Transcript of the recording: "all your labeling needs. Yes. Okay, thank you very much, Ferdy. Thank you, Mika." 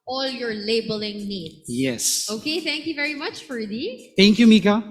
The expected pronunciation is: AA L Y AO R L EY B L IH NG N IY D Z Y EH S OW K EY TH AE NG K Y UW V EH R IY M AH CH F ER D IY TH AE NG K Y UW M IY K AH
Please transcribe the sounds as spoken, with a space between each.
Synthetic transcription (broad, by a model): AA L Y AO R L EY B L IH NG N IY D Y EH S OW K EY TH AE NG K Y UW V EH R IY M AH CH F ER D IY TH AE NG K Y UW M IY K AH